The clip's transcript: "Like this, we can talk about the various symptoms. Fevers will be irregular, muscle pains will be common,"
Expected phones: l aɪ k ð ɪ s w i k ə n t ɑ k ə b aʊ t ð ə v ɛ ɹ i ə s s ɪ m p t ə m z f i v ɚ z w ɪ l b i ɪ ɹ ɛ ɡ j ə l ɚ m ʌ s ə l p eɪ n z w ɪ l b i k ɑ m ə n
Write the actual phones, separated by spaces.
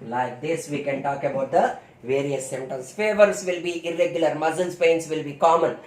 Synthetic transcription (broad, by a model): l aɪ k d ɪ s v i k ə n t ɑ k ə b aʊ t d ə v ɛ ɹ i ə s s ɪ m t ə m s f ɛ v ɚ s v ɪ l b i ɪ ɹ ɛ ɡ j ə l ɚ m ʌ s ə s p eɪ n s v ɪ l b i k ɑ m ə n